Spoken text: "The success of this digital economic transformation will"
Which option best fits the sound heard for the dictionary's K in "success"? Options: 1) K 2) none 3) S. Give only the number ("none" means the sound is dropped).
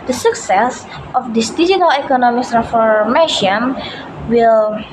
1